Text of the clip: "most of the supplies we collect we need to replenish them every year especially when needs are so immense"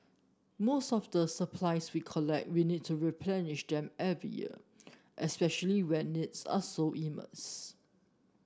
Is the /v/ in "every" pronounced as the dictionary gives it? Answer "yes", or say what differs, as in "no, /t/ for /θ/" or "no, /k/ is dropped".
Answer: yes